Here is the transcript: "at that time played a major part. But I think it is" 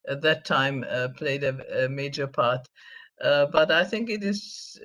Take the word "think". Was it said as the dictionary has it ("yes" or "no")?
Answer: yes